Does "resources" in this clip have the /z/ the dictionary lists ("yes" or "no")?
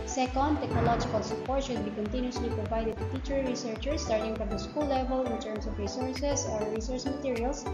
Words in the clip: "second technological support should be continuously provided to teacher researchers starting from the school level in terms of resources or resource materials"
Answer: no